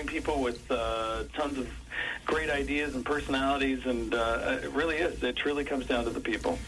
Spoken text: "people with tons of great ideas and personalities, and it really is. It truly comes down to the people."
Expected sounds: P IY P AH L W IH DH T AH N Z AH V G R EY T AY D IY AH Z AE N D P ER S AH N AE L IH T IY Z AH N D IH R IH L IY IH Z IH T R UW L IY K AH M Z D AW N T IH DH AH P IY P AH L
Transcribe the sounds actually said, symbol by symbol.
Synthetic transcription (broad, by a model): P IY P L W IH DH T AH N Z AH V G R EY T AY D IY AH Z N P ER S AH N AE L IH T IY Z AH N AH IH R IH L IY IH Z IH T R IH L IY K AH M Z D AW N T IH DH AH P IY P L